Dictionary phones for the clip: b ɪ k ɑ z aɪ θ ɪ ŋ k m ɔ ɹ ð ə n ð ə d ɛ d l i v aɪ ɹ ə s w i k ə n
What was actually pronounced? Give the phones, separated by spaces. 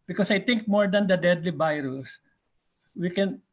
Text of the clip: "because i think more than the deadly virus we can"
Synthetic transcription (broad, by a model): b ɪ k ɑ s aɪ t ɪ ŋ k m ɔ ɹ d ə n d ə d ɛ d l i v aɪ ɹ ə s w i k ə n